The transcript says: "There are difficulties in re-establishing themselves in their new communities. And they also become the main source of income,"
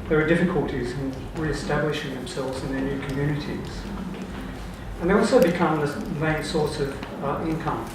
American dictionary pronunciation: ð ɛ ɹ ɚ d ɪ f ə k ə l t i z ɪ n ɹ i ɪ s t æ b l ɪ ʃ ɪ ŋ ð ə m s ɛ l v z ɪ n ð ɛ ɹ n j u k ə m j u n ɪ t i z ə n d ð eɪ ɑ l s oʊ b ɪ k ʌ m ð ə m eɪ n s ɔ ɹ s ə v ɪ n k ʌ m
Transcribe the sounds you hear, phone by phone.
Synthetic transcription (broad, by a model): ð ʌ ɹ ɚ d ɪ f ə k ə l t i z ɪ n ɹ i ɪ s t æ b l ɪ ʃ ɪ ŋ ð ə m s ɛ l v z ɪ n ð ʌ ɹ n j u k ə m j u n ɪ t i z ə n ð eɪ ɑ l s oʊ b ɪ k ʌ m ð ə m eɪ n s ɔ ɹ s ə v ɪ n k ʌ m